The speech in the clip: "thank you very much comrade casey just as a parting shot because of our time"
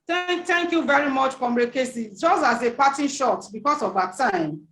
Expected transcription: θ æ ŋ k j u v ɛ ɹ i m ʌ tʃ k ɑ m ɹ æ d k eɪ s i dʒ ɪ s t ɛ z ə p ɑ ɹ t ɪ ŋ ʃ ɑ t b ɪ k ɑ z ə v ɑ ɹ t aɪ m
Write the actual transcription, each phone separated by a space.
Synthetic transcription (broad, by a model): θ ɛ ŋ k j u v ɛ ɹ i m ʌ tʃ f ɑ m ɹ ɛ k eɪ s i dʒ ɪ s t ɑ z ə p ɑ t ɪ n ʃ ɑ t b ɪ k ɑ s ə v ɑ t aɪ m